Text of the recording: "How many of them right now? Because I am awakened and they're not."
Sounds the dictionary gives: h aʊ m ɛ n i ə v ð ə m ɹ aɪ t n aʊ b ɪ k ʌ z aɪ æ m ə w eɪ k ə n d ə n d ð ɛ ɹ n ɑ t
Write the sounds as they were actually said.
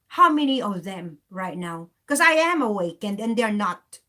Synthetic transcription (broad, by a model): h aʊ m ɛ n i ə v ð ə m ɹ aɪ t n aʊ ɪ k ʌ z aɪ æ m ə w eɪ k ə n d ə n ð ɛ ɹ n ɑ t